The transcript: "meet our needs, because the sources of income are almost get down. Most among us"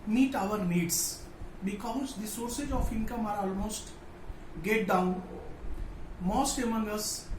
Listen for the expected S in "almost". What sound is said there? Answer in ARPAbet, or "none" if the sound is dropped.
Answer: S